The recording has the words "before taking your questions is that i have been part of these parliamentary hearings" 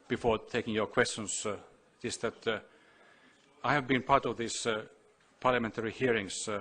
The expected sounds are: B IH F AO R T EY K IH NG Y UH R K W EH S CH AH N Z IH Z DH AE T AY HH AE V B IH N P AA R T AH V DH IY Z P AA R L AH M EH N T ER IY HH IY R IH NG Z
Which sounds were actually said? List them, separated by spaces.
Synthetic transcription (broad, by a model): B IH F AO R T EY K IH NG Y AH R K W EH S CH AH N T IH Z DH AE T AY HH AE V B IH N P AA R T AH V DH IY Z P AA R L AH M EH N T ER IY HH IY R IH NG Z